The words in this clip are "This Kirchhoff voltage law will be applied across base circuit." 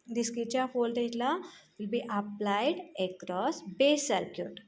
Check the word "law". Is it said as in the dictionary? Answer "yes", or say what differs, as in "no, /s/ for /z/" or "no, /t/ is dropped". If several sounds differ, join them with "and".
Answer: yes